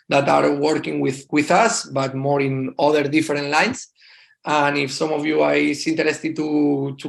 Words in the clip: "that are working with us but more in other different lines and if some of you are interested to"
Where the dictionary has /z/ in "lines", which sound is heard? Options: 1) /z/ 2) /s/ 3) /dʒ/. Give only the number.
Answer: 2